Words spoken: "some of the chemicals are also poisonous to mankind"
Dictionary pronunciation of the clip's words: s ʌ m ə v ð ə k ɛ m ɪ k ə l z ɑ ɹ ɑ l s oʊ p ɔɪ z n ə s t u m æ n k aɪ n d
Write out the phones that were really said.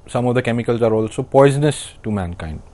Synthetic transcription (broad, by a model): s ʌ m ə v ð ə k ɛ m ɪ k ə l z ɑ ɹ ɑ l s oʊ p ɔɪ z n ə s t u m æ n k aɪ n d